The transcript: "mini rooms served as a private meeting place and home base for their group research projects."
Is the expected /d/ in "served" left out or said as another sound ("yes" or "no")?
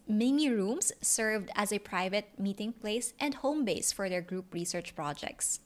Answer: no